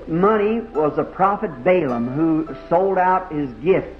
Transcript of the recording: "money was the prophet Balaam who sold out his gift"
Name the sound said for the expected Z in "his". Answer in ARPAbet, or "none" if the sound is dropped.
Z